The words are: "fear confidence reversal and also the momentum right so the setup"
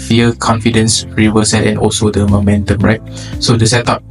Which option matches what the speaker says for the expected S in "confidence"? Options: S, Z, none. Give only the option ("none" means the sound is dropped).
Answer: S